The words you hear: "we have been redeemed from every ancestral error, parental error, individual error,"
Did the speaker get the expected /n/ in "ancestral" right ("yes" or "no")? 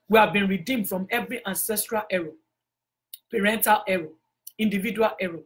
yes